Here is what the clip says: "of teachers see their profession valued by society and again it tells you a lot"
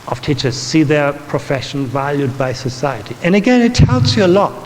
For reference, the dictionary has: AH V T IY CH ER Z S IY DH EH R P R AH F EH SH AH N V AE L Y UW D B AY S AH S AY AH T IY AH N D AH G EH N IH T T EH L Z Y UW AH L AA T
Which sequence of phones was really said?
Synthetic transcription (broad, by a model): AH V T IY CH ER Z S IY DH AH R P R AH F EH SH N V AE L Y UW D B AY S AH S AY AH T IY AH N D AH G EH N IH T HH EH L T Y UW AH L AA T